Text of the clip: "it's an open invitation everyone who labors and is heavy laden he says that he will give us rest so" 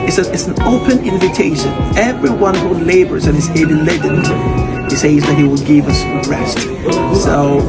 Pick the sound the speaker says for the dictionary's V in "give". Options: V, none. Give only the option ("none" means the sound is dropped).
V